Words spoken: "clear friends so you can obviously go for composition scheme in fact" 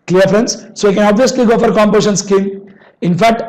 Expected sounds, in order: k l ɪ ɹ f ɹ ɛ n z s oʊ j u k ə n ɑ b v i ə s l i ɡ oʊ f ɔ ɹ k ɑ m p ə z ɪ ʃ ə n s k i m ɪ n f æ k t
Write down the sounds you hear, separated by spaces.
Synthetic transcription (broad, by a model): k l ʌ ɹ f ɹ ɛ n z s oʊ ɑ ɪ k ə n ɑ b v i ə s l i ɡ oʊ f ɔ ɹ k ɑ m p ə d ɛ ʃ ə n s k i m ɪ n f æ k t